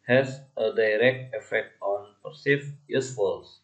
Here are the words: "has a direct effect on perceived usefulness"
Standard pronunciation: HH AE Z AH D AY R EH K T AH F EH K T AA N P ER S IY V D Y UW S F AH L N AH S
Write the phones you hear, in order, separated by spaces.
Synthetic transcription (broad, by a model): HH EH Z AH D AY R EH K T AH F EH K T AA N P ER S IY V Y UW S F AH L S